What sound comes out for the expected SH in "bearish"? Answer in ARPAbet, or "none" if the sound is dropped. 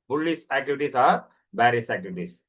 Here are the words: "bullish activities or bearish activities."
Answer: S